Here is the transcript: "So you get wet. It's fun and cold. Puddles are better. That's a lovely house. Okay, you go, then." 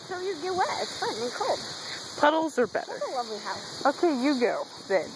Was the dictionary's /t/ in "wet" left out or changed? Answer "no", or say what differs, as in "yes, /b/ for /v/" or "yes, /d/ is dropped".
yes, /t/ is dropped